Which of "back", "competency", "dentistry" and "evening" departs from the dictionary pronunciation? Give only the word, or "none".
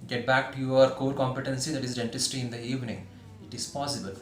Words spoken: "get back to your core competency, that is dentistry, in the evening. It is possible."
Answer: dentistry